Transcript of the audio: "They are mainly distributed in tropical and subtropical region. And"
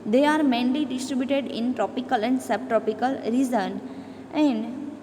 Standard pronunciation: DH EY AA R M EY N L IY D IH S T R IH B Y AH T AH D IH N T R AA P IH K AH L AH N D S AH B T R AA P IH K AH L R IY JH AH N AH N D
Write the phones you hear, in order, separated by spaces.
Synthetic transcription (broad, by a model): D EY AA R M EY N L IY D IH S T R IH B Y AH T AH D IH N T R AA P IH K AH L AH N D S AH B T R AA P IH K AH L R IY Z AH N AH N D